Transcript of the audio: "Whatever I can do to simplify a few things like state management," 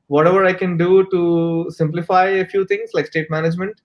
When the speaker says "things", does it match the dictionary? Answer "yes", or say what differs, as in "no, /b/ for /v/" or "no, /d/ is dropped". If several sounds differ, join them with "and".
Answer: no, /t/ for /θ/